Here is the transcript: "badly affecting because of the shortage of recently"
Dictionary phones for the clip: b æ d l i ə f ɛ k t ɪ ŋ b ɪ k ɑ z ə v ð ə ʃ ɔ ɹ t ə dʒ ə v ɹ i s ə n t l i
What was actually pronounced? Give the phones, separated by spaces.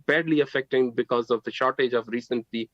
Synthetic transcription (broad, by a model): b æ d l i ə f ɛ k t ɪ ŋ b ɪ k ɑ z ə v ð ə ʃ ɔ ɹ t ə dʒ ə v ɹ i s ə n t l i